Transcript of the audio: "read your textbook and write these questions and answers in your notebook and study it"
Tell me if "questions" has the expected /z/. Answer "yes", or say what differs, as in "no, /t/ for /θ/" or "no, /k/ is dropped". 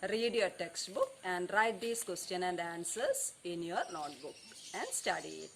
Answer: no, /z/ is dropped